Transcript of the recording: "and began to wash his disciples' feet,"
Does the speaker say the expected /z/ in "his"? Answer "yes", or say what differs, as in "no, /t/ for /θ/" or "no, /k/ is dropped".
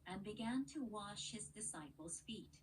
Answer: yes